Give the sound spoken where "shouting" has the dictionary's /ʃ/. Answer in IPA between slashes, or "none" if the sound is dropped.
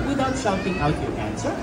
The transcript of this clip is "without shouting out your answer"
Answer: /s/